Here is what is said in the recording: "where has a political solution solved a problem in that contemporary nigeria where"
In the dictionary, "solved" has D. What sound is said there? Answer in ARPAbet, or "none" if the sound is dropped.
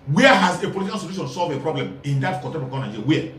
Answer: none